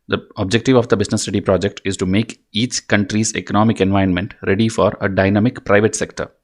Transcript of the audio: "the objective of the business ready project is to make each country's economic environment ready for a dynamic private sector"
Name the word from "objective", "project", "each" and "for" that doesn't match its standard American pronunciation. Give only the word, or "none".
none